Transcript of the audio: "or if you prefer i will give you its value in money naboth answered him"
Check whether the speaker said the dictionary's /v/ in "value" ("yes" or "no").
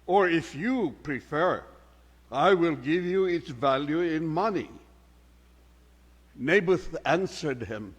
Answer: yes